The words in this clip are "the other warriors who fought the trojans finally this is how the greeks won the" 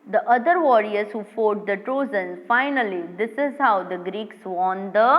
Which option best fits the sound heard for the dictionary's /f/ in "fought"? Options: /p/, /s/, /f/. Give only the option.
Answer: /f/